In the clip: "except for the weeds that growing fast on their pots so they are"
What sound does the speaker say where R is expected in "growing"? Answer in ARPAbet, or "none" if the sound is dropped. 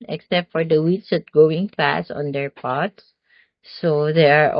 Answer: none